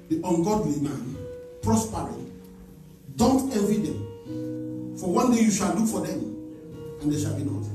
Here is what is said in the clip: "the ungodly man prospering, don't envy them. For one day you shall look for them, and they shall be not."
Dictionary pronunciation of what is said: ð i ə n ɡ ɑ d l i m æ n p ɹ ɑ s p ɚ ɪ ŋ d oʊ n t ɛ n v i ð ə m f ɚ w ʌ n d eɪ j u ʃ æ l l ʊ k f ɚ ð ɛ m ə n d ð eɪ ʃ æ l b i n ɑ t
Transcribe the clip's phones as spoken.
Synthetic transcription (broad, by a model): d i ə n ɡ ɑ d w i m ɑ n p ɹ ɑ s p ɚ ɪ d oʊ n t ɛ v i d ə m f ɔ w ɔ n d eɪ j u ʃ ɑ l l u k f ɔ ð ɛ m ə n d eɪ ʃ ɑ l b i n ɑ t